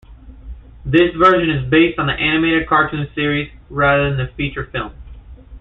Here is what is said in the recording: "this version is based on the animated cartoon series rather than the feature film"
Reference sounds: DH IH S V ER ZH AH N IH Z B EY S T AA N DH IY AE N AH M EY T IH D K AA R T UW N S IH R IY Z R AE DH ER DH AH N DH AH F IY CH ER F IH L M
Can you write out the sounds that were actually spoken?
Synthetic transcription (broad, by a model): DH IH S V ER ZH AH N IH Z B EY S T N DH IY AE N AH M EY T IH D K AA R T UW N S IH R IY Z R AE DH ER DH AH N DH AH F IY CH ER F IH L M